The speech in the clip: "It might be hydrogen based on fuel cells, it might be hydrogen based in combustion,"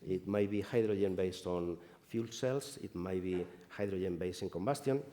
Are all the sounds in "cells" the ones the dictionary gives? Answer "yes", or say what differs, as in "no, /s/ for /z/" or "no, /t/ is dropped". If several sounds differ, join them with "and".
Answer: no, /s/ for /z/